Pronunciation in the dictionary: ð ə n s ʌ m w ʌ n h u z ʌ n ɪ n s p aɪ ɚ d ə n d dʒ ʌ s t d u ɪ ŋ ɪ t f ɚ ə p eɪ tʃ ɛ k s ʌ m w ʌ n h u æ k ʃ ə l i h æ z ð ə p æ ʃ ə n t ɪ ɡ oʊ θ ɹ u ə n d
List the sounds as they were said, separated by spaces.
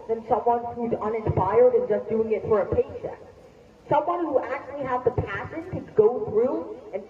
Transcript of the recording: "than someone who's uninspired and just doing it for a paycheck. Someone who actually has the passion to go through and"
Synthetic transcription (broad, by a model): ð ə n s ʌ m w ʌ n h u z ʌ n ɪ n s p aɪ ɚ d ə n dʒ ʌ s d u ɪ ŋ ɪ t f ɚ ə p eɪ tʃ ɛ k s ʌ m w ʌ n h u æ k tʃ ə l i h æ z ð ə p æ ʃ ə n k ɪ ɡ oʊ θ ɹ u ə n